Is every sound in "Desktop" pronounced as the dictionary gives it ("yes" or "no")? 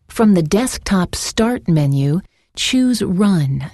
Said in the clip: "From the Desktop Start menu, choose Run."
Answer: yes